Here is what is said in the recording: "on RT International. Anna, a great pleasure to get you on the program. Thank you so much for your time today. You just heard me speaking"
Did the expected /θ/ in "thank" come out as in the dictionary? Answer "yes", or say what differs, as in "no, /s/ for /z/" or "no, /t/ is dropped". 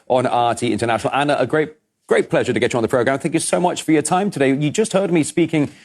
yes